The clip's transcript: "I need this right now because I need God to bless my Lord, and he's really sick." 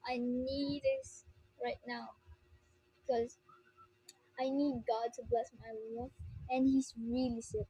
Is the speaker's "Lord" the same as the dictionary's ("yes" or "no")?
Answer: no